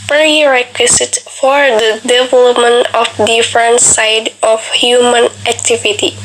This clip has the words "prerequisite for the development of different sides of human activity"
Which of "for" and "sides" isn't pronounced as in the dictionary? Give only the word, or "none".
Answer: sides